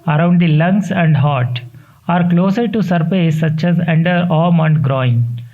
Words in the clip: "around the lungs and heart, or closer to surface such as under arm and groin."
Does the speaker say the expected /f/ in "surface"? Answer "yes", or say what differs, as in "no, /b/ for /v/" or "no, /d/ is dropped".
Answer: no, /p/ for /f/